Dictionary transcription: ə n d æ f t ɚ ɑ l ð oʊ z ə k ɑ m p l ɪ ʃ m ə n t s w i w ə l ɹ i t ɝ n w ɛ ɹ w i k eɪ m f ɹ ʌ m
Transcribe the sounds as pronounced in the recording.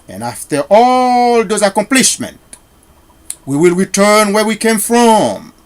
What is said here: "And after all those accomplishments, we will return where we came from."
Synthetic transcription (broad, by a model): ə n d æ f t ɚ ɑ l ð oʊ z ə k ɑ m p l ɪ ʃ m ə n t w i w ə l ɹ i t ɝ n w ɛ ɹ w i k eɪ m f ɹ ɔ m